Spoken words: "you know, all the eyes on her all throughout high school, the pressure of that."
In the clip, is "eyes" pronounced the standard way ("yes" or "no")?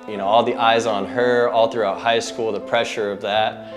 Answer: yes